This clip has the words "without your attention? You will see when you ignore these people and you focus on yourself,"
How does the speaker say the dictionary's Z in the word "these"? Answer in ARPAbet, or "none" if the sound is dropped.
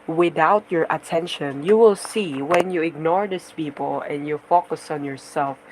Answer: S